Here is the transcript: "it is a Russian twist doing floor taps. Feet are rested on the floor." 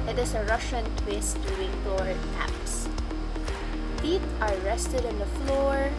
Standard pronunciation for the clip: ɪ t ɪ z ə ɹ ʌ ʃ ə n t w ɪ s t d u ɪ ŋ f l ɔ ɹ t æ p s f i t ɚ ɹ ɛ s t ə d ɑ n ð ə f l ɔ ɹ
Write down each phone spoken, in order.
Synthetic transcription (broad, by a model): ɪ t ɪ s ə ɹ ʌ ʃ ə n t w ɪ s t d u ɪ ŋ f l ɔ ɹ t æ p s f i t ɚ ɹ ɛ s t ə d ɑ n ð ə f l ɔ ɹ